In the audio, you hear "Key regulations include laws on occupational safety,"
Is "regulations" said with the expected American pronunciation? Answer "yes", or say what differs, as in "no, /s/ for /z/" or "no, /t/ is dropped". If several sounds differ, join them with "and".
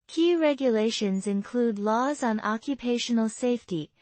yes